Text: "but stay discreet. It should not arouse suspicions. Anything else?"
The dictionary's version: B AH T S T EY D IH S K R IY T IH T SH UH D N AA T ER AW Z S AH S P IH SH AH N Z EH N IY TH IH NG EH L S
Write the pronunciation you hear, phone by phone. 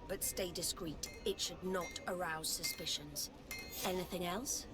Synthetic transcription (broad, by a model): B AH T S T EY D IH S K R IY T IH T SH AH D N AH T ER AW Z S AH S P IH SH AH N Z EH N IY TH IH NG EH L S